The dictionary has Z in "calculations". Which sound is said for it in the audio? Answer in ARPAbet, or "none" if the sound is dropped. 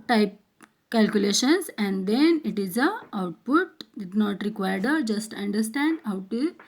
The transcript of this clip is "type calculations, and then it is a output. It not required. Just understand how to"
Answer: S